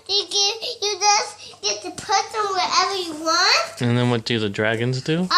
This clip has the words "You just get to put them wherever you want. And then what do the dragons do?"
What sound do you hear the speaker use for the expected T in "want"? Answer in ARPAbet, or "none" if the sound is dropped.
T